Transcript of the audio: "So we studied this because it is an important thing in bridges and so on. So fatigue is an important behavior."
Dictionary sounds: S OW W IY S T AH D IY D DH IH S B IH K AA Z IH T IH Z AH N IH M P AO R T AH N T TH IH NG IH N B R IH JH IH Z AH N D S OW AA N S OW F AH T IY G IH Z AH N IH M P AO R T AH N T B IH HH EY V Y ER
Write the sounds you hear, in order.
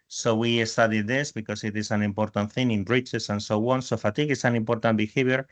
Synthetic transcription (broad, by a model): S OW W IY S T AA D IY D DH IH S B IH K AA S IH T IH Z AH N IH M P AO R T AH N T TH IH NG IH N B R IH CH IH S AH N S OW AA N S OW F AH T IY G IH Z AH N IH M P AO R T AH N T B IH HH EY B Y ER